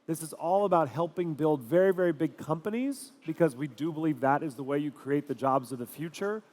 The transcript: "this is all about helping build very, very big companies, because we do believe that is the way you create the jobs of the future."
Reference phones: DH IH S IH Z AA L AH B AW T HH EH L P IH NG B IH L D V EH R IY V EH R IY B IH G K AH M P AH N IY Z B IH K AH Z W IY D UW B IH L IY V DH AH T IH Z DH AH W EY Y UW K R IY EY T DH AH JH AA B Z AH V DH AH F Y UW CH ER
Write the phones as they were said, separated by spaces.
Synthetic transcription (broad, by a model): DH IH S IH Z AA L AH B AW T HH EH L P IH NG B IH L D V EH R IY V EH R IY B IH G K AH M P AH N IY Z B IH K AH Z W IY D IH B IH L IY V DH AH T IH Z DH AH W EY Y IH K R IY EY T DH AH JH AA B Z AH V DH AH F Y UW CH ER